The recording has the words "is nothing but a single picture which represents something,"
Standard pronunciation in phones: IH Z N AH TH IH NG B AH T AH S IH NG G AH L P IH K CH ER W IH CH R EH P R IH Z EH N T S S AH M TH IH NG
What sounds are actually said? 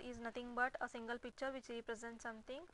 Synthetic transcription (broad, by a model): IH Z N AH T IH NG B AH T AH S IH NG G AH L P IH K CH ER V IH CH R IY P R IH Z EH N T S S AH M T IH NG